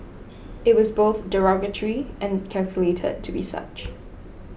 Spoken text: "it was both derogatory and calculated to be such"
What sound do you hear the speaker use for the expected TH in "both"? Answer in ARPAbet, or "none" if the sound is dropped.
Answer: TH